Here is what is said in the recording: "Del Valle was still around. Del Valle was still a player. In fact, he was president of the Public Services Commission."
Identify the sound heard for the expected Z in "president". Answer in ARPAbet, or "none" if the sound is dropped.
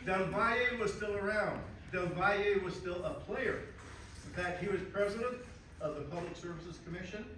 Z